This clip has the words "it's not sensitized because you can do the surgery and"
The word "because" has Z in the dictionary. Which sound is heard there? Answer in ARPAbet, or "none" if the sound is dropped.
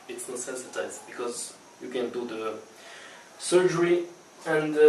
Z